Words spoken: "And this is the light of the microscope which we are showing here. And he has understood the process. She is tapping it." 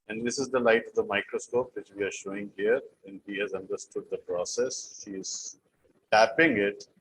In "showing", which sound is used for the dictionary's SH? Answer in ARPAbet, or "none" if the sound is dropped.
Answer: SH